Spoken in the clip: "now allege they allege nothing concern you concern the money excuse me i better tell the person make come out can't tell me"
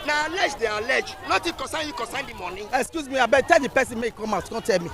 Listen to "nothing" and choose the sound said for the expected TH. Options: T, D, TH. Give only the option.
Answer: T